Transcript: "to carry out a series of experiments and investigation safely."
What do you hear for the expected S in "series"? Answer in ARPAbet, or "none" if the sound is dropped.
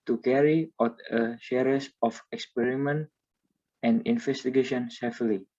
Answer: SH